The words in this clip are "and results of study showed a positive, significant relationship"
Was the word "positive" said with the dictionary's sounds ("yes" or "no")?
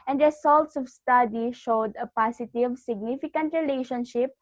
no